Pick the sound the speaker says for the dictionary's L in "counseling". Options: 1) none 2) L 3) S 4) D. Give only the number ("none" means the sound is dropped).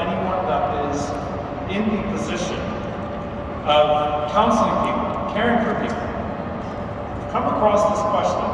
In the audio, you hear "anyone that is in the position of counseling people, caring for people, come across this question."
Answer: 1